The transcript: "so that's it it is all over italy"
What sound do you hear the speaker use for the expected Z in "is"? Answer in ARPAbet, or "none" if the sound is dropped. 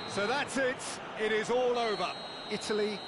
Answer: Z